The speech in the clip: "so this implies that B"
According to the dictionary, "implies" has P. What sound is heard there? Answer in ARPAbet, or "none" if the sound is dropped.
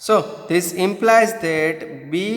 P